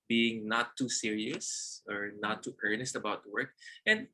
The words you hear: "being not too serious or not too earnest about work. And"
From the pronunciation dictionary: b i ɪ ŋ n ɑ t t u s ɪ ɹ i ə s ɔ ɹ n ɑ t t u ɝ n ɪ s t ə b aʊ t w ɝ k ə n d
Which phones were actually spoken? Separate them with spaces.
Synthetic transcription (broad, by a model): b i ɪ ŋ n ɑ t t u s ɪ ɹ i ə s ɔ ɹ n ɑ t t ɝ n ɪ s t ə b aʊ t w ɝ k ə n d